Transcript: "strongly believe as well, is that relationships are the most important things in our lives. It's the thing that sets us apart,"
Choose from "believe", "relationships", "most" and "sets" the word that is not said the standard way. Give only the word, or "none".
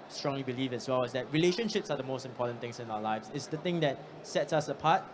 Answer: none